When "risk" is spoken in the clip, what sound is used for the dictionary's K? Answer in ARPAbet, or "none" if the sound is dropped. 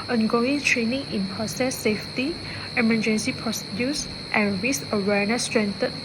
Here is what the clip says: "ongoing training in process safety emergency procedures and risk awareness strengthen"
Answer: none